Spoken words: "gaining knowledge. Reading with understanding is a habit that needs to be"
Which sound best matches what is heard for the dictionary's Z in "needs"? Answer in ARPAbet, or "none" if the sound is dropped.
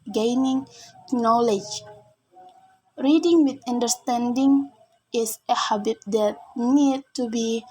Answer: none